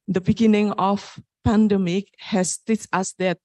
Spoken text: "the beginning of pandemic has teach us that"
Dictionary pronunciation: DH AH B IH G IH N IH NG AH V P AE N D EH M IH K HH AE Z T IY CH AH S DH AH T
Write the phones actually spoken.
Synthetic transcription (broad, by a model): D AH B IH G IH N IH NG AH F P AE N D EH M IH K HH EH S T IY S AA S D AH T